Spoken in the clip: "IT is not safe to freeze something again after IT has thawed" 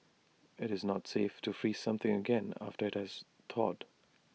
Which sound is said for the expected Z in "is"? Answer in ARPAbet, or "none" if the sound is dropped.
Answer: Z